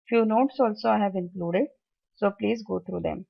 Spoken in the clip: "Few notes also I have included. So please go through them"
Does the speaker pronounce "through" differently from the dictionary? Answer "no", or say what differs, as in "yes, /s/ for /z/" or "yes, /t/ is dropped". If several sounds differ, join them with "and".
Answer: yes, /t/ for /θ/